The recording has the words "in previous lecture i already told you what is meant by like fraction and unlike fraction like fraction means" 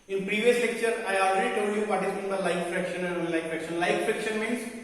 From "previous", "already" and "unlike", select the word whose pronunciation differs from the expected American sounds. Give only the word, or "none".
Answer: unlike